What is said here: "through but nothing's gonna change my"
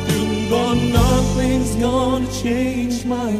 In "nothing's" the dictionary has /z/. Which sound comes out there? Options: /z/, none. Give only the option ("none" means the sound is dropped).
/z/